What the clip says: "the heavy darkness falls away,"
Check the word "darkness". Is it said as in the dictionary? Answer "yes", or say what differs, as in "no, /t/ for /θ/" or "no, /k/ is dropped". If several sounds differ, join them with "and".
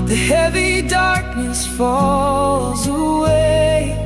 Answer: yes